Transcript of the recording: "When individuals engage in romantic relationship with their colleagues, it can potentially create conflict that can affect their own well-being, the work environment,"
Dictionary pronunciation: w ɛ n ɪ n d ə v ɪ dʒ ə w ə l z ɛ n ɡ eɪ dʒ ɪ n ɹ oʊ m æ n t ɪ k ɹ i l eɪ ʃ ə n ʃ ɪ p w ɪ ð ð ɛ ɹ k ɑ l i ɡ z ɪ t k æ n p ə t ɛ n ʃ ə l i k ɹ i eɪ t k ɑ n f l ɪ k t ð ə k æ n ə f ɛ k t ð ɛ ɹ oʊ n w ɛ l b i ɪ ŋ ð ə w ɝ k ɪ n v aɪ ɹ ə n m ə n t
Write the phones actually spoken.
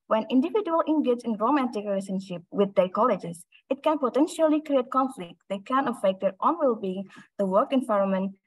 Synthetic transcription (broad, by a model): w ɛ n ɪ n d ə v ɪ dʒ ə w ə l ɛ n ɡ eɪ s ɪ n ɹ oʊ m æ n t ɪ k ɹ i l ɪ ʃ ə n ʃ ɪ p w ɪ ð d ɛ k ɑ l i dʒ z ɪ t k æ n p ə t ɛ n ʃ ə l i k ɹ i eɪ t k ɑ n f l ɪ k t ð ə k æ n ə f ɛ k t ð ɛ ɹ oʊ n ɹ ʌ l b i ɪ ŋ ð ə w ɝ k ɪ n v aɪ ɹ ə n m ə n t